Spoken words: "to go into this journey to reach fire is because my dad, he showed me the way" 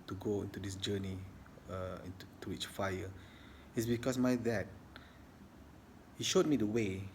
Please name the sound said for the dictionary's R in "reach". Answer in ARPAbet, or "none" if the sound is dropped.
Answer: W